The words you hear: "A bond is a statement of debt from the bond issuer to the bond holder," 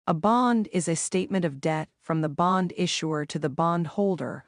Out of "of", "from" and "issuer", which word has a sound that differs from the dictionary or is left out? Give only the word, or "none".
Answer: none